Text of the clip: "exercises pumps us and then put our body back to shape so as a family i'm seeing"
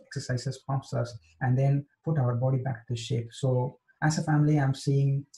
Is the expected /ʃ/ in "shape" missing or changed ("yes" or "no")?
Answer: no